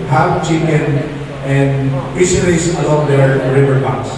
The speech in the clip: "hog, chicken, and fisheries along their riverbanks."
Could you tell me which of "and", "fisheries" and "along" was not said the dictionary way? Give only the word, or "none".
fisheries